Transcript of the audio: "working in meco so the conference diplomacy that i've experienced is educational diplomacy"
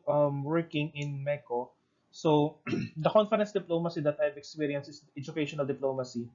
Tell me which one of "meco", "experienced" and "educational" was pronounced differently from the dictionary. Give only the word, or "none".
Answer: experienced